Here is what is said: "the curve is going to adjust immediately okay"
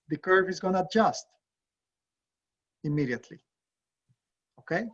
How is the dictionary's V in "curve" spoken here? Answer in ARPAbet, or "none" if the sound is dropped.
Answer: V